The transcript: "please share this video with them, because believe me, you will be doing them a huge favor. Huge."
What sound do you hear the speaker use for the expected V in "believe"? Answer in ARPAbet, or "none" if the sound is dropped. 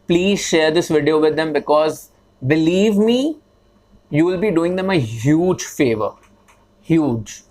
V